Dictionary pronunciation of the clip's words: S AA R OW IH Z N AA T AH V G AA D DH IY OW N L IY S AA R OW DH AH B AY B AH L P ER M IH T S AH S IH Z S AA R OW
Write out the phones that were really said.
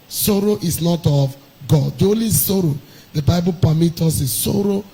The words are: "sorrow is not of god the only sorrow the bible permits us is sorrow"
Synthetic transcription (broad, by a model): S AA R OW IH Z N AA T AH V G AA D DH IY OW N L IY S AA R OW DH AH B AY B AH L P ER M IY T AO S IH S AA R OW